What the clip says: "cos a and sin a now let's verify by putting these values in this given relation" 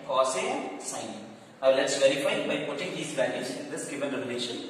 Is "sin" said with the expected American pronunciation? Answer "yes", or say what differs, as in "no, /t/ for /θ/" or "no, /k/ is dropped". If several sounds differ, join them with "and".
no, /n/ is dropped